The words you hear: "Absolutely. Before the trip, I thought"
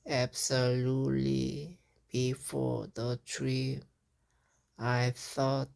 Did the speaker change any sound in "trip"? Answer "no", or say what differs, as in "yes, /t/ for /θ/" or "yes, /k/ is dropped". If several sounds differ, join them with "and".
yes, /p/ is dropped